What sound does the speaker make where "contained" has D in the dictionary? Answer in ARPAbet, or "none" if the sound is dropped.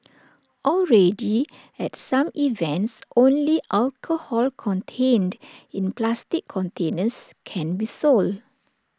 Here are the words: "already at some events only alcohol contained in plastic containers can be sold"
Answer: D